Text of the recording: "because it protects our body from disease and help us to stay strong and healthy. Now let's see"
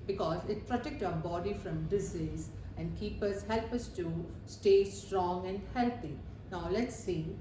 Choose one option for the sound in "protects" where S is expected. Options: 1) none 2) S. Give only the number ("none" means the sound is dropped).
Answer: 1